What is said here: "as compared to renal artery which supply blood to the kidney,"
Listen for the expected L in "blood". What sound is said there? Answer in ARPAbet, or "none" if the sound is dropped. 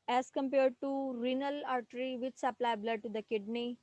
L